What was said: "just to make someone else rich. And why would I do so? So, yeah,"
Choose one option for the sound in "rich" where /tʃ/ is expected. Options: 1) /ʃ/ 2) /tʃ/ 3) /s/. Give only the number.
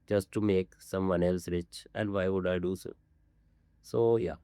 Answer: 2